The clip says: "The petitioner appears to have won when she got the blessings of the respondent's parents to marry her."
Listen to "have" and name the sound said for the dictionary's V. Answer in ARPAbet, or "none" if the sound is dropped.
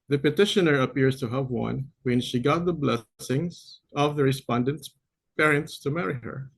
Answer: V